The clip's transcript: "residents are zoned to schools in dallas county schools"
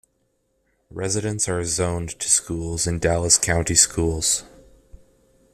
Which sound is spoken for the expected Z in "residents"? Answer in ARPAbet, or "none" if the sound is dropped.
Z